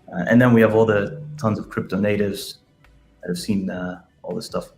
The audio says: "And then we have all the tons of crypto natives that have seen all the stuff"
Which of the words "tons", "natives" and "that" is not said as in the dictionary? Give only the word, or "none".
none